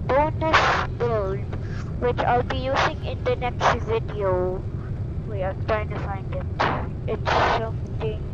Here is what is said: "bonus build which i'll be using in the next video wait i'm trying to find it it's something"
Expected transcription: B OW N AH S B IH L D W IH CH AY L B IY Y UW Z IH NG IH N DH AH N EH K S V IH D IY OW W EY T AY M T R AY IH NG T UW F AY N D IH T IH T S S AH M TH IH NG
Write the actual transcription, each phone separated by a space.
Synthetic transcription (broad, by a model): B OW N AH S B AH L D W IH CH AY L B IY Y UW Z IH NG IH N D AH N EH K S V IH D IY OW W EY AY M T R AY IH NG T UW F AY N D IH T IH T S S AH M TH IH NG